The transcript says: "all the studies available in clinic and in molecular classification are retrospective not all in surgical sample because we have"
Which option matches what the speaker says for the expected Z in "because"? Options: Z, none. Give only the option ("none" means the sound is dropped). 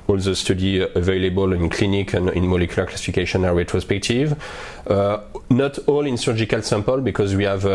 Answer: Z